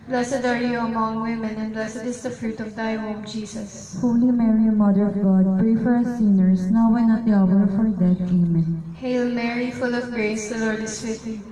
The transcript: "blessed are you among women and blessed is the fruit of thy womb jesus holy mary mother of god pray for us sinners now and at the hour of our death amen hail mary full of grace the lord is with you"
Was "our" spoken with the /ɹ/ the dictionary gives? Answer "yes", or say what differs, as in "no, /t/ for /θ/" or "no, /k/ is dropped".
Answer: yes